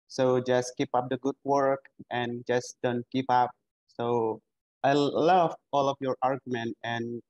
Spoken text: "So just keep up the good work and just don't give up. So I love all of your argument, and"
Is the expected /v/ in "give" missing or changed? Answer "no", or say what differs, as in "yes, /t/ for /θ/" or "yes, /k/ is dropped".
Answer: yes, /p/ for /v/